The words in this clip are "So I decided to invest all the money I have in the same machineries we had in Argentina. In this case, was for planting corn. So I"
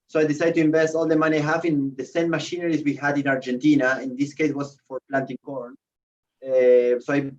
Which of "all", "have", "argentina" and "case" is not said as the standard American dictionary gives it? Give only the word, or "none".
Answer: have